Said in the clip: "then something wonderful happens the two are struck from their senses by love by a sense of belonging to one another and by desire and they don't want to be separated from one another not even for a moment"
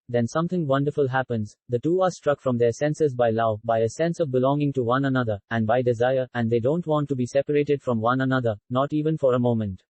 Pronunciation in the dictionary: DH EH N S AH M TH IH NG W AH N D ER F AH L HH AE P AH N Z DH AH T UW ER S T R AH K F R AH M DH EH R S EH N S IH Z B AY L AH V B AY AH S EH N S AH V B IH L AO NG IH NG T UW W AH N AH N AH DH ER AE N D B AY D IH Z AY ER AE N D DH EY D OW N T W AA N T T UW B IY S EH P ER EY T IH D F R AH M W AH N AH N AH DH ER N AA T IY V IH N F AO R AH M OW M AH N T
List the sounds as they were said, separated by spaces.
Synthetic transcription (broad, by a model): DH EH N S AH M T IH NG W AH N D ER F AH L HH AE P AH N Z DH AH T UW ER S T R AH K F R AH M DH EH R S EH N S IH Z B AY L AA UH B AY AH S EH N S AH V B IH L AO NG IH NG T UW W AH N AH N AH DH ER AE N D B AY D IH Z AY ER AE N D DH EY D OW N T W AA N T T UW B IY S EH P ER EY T IH D F R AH M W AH N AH N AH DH ER N AA T IY V IH N F AO R AH M OW M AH N T